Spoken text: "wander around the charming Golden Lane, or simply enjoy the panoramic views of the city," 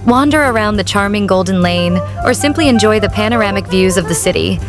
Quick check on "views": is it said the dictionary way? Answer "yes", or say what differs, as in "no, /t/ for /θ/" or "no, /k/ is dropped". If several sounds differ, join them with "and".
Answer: yes